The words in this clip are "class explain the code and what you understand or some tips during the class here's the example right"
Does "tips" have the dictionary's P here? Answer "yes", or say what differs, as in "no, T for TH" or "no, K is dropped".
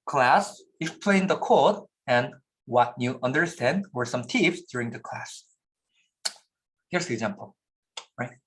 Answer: no, F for P